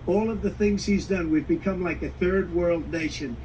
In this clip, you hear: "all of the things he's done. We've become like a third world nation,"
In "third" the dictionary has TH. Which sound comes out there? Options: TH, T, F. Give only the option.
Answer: TH